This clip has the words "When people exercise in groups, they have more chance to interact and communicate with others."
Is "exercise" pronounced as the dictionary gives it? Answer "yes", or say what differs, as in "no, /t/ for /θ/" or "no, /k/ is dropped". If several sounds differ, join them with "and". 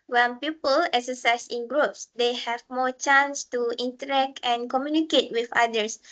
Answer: no, /s/ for /z/